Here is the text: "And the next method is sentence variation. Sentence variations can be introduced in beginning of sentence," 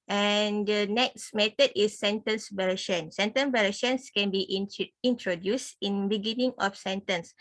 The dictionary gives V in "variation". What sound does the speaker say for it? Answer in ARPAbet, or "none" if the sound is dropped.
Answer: B